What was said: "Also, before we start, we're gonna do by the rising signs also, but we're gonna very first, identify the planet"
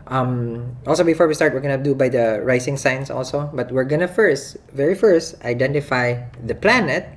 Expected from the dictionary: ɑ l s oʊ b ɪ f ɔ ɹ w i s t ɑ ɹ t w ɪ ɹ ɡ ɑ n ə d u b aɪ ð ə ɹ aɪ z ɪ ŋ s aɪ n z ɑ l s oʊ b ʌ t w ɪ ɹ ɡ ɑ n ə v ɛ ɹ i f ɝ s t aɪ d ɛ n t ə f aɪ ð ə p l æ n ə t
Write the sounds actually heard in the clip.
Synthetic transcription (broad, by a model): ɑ l s oʊ b ɪ f ɔ ɹ w i s t ɑ ɹ t w ɪ ɹ ɡ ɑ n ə d u b aɪ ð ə ɹ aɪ s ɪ ŋ s aɪ n s ɑ l s oʊ b ʌ t w ɪ ɹ ɡ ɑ n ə v ɛ ɹ i f ɝ s t aɪ d ɛ n t ə f aɪ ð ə p l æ n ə t